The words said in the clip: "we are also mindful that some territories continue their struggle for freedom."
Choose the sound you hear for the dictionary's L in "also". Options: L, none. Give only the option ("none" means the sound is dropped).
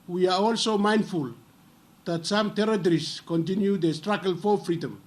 L